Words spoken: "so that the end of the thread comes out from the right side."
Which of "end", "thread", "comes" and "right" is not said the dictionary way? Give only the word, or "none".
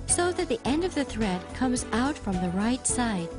none